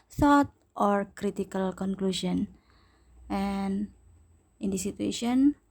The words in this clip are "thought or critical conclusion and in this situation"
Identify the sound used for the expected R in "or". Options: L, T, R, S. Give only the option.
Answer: R